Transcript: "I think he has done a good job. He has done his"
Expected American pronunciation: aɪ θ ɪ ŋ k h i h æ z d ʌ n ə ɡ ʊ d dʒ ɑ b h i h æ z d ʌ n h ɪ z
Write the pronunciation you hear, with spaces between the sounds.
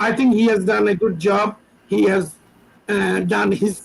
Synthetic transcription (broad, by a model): aɪ t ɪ ŋ k h i h æ z d ʌ n ə ɡ ʊ d dʒ ɑ b h i h æ z d ʌ n h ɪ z